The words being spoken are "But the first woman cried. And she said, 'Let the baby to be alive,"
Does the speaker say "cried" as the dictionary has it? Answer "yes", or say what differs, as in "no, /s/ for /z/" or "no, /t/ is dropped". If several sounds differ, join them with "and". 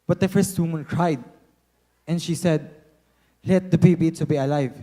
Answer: yes